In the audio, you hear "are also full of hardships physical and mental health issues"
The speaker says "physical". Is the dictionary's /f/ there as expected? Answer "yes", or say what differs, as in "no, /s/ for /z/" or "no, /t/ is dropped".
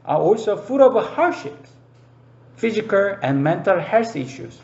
yes